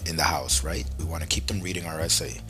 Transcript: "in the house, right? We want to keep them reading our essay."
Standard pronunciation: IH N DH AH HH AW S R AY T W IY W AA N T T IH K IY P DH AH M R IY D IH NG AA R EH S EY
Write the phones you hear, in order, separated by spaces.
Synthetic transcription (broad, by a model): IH N DH AH HH AW S R AY T W IY W AA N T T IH K IY P DH AH M R IY D IH NG AA R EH S EY